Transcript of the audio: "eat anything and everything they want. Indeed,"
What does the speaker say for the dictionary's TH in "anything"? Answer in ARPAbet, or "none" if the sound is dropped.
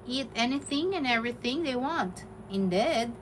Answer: TH